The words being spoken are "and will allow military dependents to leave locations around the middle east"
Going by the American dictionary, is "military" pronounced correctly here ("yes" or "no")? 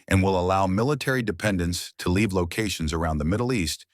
yes